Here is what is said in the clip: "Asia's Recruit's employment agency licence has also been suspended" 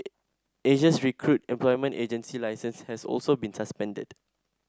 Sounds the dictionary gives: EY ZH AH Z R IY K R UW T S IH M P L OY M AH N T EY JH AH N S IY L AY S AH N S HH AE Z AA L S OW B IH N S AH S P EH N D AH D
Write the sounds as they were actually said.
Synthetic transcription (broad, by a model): EY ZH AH S R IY K R UW T IH M P L OY M AH N T EY JH AH N S IY L AY S AH N S HH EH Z AA L S OW B IH N S AH S P EH N D AH D